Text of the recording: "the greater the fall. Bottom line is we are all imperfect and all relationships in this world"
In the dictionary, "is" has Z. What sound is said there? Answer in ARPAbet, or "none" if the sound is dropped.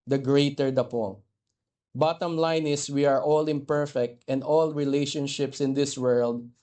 S